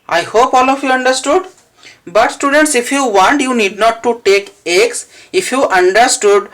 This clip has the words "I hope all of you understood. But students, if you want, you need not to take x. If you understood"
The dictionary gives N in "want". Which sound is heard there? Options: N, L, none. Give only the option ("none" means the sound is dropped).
N